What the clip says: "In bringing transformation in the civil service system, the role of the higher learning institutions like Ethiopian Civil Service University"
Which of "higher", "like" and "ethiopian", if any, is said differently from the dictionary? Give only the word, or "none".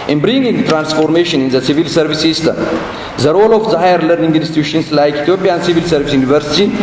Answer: ethiopian